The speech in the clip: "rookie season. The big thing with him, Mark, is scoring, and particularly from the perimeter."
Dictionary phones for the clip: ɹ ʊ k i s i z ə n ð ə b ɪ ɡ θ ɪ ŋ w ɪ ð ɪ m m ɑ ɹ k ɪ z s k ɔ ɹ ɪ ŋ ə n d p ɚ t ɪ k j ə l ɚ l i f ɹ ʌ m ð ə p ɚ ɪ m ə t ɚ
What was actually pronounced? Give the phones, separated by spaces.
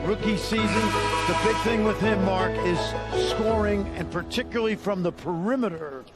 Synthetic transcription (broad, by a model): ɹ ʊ k i s i z ə n ð ə b ɪ ɡ θ ɪ ŋ w ɪ ð ɪ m m ɑ ɹ k ɪ z s k ɔ ɹ ɪ ŋ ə n p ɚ t ɪ k j l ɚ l i f ɹ ʌ m ð ə p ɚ ɪ m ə t ɚ